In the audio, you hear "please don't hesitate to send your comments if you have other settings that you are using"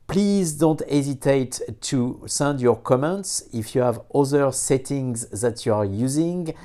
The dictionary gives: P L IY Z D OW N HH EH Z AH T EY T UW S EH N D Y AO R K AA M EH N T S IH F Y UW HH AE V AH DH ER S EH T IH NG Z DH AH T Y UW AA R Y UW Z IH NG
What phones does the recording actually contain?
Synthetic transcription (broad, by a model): P L IY Z D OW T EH Z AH T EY T UW S EH N D Y AO R K AA M EH N T S IH F Y UW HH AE V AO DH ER S EH T IH NG Z DH AH T Y UW AA R Y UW Z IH NG